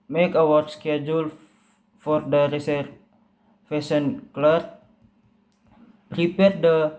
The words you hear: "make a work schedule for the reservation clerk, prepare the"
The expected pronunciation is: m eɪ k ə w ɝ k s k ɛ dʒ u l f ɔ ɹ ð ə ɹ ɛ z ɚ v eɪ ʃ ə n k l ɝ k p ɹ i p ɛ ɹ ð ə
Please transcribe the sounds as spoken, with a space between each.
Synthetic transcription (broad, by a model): m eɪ k ə w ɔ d s k ɛ dʒ u l f ɔ ɹ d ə ɹ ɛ s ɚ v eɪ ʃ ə n k l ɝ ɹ p ɹ i p ɛ ɹ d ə